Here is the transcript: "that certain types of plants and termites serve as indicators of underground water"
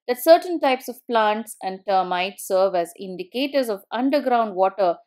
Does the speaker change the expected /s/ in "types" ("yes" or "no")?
no